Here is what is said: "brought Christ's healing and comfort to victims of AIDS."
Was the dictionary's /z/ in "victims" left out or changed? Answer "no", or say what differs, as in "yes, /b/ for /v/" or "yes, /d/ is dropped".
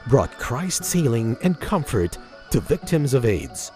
no